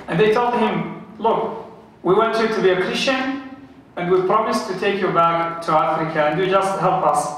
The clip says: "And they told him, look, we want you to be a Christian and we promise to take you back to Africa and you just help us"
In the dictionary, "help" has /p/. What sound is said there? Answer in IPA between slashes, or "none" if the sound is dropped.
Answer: /p/